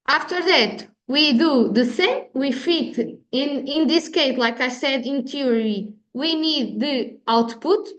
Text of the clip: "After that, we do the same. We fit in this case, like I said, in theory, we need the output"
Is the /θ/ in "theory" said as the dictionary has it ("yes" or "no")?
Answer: no